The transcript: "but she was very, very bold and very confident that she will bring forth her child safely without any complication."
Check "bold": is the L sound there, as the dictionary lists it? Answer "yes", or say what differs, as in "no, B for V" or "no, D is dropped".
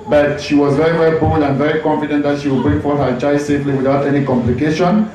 no, L is dropped